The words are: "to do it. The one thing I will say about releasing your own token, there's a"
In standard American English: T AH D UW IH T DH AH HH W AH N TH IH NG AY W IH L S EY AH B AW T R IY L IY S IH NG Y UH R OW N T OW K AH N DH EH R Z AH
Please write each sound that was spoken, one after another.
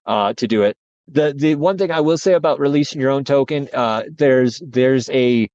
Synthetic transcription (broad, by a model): T AH D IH IH T DH AH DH W AH N TH IH NG AY W IH L S EY AH B AW T R IY L IY S IH NG Y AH R OW N T OW K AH N DH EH R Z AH